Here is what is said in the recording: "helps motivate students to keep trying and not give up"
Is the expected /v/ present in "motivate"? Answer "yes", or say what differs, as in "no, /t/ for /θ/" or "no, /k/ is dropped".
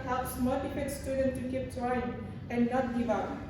no, /f/ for /v/